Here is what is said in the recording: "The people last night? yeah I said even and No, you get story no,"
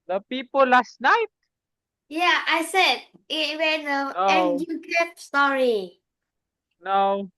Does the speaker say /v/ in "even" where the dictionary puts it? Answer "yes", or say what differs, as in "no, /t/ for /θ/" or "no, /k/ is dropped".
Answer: no, /w/ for /v/